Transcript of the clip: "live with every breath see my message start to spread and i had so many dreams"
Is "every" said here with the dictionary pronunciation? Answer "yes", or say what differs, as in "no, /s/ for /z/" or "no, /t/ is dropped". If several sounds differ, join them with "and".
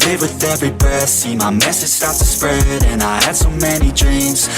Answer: yes